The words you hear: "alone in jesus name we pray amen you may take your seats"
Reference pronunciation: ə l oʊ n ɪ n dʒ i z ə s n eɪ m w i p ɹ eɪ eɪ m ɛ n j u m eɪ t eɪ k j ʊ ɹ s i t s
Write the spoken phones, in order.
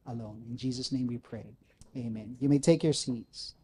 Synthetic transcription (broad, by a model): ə l oʊ n ɪ n dʒ i z ə s n eɪ m w i p ɹ eɪ eɪ m ɛ n j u m eɪ t eɪ k j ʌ ɹ s i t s